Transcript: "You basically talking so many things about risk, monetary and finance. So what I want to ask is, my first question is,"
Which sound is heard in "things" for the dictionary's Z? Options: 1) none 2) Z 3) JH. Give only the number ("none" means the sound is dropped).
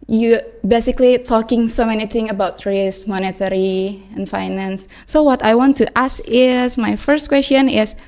1